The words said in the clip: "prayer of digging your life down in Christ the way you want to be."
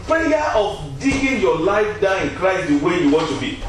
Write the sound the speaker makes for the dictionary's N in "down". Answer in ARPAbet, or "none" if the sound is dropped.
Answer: none